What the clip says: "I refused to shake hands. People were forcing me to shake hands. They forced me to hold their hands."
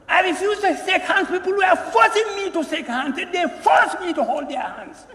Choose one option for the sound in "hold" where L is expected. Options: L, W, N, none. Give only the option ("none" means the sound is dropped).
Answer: L